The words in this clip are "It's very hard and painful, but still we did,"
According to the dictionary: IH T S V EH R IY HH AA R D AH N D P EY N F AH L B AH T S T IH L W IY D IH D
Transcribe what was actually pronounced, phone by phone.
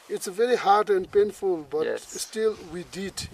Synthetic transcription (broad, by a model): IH T S V EH R IY HH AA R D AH N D P EY N F AH L B AH T S T IH L W IY D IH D